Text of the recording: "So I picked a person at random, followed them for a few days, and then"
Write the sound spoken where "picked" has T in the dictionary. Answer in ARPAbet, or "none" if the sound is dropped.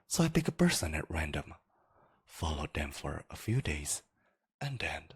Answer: none